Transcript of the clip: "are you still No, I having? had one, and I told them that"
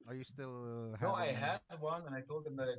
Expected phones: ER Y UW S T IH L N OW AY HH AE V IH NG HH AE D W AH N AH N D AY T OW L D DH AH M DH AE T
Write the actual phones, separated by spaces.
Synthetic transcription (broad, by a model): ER Y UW S T IH L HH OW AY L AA IH HH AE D W AH N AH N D AY T OW L D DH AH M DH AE T